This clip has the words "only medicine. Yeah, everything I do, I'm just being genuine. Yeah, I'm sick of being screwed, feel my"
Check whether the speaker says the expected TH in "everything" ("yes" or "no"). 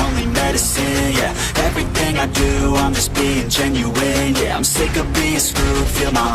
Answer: yes